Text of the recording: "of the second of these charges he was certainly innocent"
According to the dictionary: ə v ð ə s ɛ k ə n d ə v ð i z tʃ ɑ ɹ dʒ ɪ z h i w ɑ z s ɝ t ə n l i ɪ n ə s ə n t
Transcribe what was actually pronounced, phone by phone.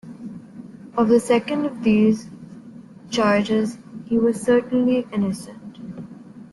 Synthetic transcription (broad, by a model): ə v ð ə s ɛ k ə n d ə v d i z tʃ ɑ ɹ dʒ ɪ z h i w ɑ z s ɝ t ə n l i ɪ n ə s ə n t